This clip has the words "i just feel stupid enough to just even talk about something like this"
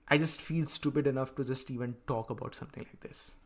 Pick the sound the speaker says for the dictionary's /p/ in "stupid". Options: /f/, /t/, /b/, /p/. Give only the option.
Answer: /p/